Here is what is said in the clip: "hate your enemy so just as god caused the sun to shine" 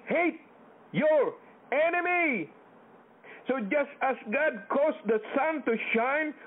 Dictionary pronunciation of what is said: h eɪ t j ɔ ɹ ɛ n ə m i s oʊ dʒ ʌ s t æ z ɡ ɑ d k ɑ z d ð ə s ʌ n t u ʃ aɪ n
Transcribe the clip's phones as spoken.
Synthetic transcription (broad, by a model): h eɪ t j ɔ ɹ ɛ n ə m i s oʊ dʒ ʌ s t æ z ɡ ɑ d k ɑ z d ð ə s ʌ n t u ʃ aɪ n